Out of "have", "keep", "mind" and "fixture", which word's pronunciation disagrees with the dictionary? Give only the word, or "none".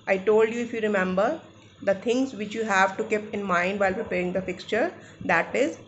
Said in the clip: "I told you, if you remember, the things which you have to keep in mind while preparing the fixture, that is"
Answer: none